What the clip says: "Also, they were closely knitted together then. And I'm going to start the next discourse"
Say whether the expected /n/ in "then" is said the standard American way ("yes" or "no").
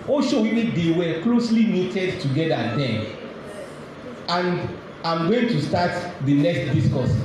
no